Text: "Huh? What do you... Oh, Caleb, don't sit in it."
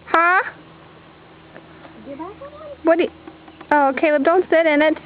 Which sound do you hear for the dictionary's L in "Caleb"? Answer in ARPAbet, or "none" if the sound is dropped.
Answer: W